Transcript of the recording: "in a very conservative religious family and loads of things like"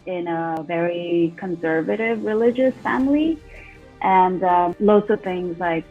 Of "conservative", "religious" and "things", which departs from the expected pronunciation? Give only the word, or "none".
none